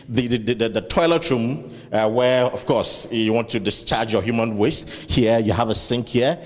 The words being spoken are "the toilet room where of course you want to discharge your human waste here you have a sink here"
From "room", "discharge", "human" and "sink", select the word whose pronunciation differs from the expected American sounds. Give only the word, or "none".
none